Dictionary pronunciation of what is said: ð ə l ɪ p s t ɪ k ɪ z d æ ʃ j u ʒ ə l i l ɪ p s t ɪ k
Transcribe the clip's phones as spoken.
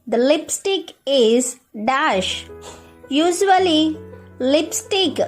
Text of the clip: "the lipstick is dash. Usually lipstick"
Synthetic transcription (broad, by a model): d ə l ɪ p s t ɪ k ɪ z d æ ʃ j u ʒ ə l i l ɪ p s t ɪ k